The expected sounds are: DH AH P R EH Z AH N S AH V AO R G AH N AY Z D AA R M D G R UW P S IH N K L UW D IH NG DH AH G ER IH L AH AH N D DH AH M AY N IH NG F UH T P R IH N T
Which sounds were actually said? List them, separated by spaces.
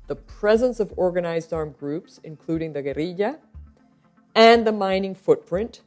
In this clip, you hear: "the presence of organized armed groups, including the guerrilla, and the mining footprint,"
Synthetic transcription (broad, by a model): DH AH P R EH Z AH N S AH V AO R G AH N AY Z D AA R M G R UW P S IH N K L UW D IH NG DH AH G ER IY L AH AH N DH AH M AY N IH NG F UH T P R IH N T